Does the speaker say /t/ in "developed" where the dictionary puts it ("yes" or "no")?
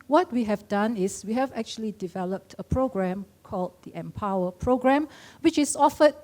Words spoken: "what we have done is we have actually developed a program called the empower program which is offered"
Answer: yes